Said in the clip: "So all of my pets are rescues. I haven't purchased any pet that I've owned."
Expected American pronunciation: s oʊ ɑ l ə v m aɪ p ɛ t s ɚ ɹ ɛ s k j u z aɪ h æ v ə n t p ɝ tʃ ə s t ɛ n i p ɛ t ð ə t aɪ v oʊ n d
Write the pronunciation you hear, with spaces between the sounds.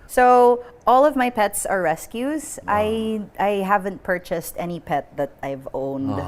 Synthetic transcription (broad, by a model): s oʊ ɑ l ə v m aɪ p ɛ t s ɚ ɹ ɛ s k j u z aɪ h æ v ə n t p ɝ tʃ ə s t ɛ n i p ɛ t ð ə t aɪ v oʊ n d